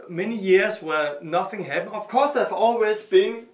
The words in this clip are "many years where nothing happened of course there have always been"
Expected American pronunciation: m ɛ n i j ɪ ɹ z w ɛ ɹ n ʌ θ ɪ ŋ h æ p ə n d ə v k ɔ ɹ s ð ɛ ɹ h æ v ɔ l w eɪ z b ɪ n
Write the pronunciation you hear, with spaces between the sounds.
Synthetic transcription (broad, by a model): m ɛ n i j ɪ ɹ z w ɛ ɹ n ʌ θ ɪ ŋ h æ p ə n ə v k ɔ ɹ s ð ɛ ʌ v ɔ l w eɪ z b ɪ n